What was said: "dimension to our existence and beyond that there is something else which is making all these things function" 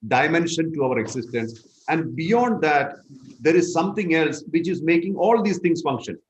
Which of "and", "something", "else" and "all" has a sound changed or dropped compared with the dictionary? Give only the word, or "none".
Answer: something